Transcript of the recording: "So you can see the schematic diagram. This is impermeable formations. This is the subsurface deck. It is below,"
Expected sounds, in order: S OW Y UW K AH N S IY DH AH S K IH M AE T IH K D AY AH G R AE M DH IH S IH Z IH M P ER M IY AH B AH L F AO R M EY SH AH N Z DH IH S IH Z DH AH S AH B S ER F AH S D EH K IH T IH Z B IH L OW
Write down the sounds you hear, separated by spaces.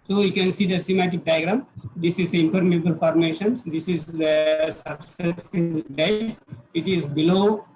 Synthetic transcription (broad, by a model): S OW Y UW K AH N S IY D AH S IH M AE T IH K D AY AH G R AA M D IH S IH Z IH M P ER M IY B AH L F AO R M EY SH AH N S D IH S IH Z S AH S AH S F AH D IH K IH T IH Z B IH L OW